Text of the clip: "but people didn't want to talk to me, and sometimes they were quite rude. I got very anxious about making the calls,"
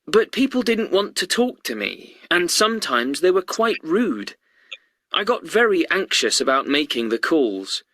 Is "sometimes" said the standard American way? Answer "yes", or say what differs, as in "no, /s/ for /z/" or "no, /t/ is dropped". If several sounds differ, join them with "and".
yes